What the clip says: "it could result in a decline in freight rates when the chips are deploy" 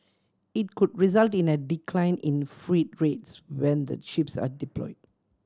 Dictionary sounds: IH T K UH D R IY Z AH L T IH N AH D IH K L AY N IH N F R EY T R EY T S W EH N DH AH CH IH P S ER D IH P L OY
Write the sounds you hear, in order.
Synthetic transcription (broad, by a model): IH T K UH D R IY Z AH L T IH N AH D IH K L AY N IH N F R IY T R EY T S W EH N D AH SH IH P S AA D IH P L OY